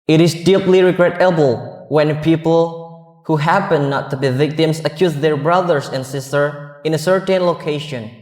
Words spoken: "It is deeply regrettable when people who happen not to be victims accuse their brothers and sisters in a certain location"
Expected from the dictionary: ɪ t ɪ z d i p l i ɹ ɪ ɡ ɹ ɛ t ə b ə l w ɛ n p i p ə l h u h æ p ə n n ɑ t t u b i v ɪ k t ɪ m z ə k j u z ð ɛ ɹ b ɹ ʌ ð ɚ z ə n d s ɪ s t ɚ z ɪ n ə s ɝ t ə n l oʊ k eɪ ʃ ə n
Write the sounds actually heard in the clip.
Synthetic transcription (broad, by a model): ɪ t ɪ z d i p l i ɹ ɪ ɡ ɹ ɛ t ə b ə l w ɛ n p i p ə l h u h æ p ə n n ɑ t t u b i v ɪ k t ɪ m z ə k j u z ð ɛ ɹ b ɹ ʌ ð ɚ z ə n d s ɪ s t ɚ ɪ n ə s ɝ t ə n l oʊ k eɪ ʃ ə n